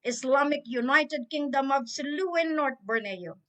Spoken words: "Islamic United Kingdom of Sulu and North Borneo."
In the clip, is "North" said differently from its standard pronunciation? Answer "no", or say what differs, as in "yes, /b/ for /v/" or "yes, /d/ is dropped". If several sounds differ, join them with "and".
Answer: yes, /t/ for /θ/